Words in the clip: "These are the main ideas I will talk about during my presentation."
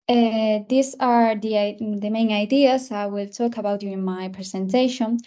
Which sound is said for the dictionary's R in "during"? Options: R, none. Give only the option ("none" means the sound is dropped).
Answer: none